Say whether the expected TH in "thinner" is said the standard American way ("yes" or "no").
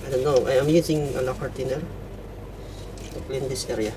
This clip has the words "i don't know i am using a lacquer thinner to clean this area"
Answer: no